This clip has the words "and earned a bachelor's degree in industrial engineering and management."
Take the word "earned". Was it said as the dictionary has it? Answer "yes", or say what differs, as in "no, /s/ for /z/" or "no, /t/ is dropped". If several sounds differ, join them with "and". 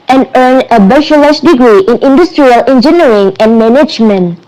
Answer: no, /d/ is dropped